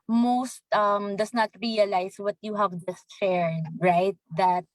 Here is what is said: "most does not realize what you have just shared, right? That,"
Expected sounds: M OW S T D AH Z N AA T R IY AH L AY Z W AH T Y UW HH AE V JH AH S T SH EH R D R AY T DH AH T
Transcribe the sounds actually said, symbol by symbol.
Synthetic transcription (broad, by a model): M OW S T D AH S N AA T R IY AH L AY S W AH T Y UW HH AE V JH AH S T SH EH R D R AY T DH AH T